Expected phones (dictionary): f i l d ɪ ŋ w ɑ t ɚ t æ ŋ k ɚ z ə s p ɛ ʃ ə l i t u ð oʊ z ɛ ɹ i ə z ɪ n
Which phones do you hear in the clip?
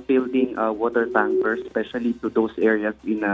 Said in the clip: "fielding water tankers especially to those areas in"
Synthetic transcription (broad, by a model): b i l d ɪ ŋ w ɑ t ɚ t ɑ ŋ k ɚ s s p ɛ ʃ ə l i t u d oʊ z ɛ ɹ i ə s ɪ n